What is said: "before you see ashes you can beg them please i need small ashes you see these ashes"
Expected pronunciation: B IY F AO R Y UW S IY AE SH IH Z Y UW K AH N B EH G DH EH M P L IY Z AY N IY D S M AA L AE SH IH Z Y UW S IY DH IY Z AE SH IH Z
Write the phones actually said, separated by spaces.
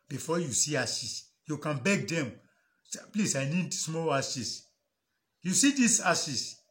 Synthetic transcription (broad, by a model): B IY F AO Y UW S IY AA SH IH S Y UW K AH N B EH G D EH M P L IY S AY N IY D S M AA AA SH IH S Y UW S IY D IY S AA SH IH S